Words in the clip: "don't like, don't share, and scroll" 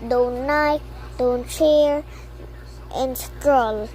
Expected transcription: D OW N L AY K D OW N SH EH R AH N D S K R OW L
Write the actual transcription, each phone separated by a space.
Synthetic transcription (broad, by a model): D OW N N AY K D OW N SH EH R AH N D S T R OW L